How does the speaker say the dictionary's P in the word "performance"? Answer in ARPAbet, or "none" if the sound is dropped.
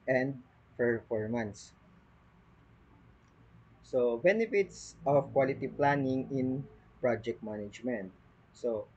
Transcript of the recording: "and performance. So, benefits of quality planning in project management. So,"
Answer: F